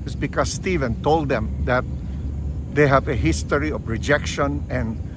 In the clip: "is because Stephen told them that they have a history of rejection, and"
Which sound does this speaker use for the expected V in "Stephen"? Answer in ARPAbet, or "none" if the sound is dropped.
V